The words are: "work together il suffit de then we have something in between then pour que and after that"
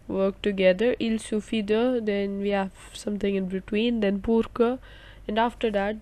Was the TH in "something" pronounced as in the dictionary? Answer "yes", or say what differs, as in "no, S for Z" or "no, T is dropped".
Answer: no, T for TH